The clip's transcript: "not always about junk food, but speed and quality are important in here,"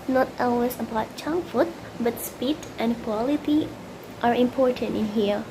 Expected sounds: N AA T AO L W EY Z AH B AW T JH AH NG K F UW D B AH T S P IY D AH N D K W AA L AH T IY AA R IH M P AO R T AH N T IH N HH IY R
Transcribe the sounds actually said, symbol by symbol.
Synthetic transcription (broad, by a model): N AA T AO L W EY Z AH B AW T CH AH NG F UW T B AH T S P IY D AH N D K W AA L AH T IY AA R IH M P AO R T AH N T IH N HH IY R